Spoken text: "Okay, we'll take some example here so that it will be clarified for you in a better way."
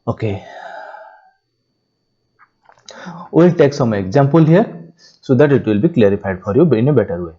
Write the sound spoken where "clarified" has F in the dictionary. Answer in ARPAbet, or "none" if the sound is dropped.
P